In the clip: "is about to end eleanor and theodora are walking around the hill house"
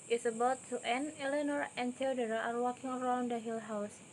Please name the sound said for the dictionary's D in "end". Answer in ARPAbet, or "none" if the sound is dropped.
none